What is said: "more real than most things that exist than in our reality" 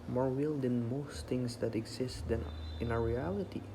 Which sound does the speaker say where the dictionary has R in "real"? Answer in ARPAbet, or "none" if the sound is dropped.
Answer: W